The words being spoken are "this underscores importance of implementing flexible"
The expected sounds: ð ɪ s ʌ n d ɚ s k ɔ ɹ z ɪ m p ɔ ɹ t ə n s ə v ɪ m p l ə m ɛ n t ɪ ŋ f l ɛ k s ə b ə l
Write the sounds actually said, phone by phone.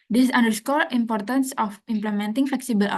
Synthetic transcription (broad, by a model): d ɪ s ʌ n d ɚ s k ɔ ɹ ɪ m p ɔ ɹ t ə n s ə f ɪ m p l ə m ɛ n t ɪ ŋ f l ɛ k s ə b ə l